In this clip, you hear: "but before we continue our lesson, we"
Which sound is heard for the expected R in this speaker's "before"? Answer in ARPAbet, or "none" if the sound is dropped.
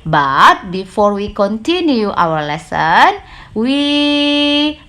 R